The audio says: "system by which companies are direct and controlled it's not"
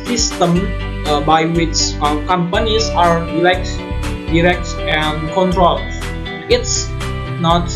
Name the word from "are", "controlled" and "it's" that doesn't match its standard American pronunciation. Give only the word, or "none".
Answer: controlled